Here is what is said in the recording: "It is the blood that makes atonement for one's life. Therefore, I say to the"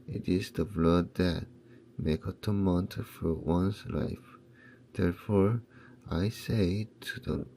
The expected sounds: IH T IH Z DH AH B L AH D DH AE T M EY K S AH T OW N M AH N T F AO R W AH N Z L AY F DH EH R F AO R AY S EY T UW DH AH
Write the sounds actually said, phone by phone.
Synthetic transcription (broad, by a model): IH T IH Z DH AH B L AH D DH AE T M EY K AH T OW M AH N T F AO R W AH N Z L AY F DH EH R F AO R AY S EY T UW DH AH